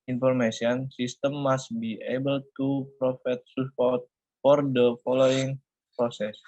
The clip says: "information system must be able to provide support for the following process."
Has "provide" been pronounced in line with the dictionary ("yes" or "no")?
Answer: no